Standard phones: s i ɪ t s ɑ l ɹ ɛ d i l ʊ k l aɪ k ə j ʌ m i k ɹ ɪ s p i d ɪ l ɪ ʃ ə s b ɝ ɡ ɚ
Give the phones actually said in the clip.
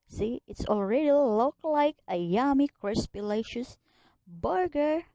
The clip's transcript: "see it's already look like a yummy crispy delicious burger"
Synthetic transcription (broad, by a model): s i ɪ t s ɑ l ɹ ɛ d i l ʊ k l aɪ k ə j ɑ m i k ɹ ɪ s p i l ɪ ɪ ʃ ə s b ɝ ɡ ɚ